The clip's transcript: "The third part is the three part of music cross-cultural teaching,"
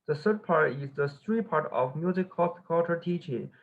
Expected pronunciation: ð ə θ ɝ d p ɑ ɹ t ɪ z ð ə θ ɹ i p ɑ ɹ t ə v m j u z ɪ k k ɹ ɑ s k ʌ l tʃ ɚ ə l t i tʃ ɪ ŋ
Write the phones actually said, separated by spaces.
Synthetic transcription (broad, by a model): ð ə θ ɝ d p ɑ ɹ t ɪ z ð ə t ɹ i p ɑ ɹ t ə v m j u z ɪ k k ɑ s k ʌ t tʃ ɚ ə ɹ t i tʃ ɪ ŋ